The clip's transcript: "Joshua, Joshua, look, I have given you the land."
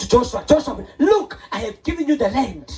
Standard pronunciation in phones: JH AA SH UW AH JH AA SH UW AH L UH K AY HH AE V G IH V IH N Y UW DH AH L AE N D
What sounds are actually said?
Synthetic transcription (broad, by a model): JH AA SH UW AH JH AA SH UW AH L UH K AY HH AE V G IH V IH N Y UW DH AH L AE N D